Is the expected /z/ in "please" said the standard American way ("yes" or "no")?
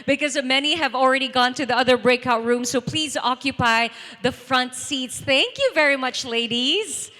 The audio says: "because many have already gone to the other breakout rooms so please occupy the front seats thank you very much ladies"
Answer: yes